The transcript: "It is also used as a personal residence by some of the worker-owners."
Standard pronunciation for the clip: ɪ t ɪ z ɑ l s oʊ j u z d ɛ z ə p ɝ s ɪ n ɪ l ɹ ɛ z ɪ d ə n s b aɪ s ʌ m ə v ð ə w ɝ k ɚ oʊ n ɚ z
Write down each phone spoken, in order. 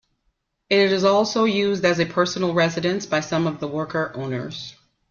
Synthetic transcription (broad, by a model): ɪ t ɪ z ɑ l s oʊ j u z d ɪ z ə p ɝ s n l ɹ ɛ z ɪ d ə n s b aɪ s ʌ m ə v ð ə w ɝ k ɚ oʊ n ɚ z